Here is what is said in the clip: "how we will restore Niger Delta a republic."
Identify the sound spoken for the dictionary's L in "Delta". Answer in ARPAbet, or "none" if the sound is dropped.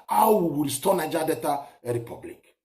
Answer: none